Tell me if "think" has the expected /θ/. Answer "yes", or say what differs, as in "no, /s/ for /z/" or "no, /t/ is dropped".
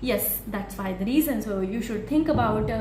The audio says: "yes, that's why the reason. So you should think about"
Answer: no, /t/ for /θ/